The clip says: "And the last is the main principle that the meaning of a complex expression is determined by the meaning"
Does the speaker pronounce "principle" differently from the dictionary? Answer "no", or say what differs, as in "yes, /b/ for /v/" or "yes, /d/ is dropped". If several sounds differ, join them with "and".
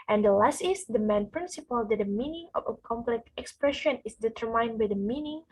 no